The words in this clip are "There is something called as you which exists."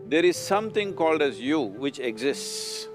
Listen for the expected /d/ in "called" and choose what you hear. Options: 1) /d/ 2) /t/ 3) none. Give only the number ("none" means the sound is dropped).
1